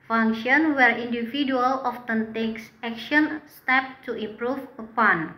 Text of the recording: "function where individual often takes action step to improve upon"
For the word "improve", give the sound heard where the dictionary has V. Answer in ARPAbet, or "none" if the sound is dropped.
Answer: F